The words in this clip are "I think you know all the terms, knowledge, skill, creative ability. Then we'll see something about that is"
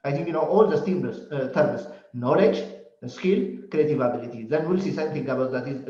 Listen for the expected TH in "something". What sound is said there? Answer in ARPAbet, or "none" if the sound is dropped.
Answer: T